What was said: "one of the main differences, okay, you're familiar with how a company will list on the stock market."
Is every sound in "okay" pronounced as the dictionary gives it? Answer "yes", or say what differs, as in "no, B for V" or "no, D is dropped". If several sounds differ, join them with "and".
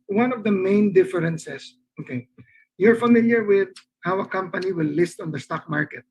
yes